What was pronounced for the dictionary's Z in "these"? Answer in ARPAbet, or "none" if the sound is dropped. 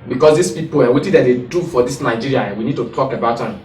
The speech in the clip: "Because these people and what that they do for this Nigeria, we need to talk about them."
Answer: S